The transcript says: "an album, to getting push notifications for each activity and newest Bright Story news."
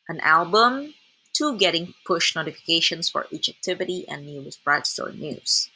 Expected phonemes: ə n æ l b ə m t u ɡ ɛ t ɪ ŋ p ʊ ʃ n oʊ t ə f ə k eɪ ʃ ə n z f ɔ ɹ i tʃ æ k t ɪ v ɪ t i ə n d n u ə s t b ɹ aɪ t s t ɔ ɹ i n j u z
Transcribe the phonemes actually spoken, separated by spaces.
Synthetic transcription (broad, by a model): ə n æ l b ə m t u ɡ ɛ t ɪ ŋ p ʊ ʃ n oʊ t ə f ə k eɪ ʃ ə n s f ɔ ɹ i tʃ æ k t ɪ v ɪ t i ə n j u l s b ɹ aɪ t s t ɔ ɹ i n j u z